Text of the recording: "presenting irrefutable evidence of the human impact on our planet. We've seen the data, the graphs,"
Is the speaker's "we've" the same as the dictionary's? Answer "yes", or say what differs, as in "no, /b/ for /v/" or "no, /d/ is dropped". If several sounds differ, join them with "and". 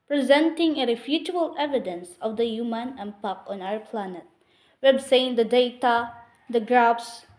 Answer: no, /b/ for /v/